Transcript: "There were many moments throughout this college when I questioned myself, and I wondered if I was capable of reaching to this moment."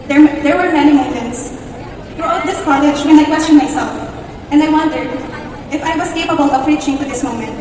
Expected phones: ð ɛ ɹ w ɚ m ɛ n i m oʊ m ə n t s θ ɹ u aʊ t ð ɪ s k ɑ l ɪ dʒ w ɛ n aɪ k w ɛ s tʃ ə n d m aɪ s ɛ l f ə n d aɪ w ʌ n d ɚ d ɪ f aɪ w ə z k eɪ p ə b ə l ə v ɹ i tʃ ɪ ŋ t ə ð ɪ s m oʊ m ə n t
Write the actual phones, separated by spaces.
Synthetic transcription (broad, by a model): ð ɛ ɹ w ɚ m ɛ n i m oʊ m ə n t s f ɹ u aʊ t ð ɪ s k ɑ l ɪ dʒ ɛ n aɪ k w ɛ s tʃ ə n m aɪ s ɛ l f ə n d aɪ w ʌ n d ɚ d ɪ f aɪ w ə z k eɪ p ə b ə l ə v ɹ i tʃ ɪ ŋ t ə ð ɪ s m oʊ m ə n t